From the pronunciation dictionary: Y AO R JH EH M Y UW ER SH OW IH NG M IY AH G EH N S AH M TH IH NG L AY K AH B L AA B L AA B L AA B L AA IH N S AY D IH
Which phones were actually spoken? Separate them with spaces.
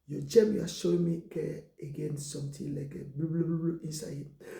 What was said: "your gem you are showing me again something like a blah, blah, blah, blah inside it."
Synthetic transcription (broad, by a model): Y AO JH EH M Y UW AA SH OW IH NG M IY AH G EH N S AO M T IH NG L AY K AH B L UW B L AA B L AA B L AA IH N S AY IH